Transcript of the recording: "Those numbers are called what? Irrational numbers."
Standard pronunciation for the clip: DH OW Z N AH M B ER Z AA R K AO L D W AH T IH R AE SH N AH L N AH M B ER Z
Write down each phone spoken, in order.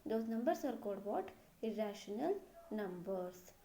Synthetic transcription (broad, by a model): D OW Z N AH M B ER S AA R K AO D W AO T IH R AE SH N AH L N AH M B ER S